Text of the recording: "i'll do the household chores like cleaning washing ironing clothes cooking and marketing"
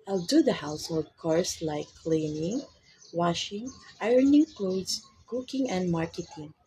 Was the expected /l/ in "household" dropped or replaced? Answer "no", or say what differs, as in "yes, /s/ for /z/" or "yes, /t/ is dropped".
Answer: yes, /l/ is dropped